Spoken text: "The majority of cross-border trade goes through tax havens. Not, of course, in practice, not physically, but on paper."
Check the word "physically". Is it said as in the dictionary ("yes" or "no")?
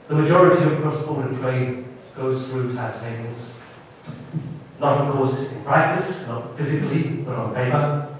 yes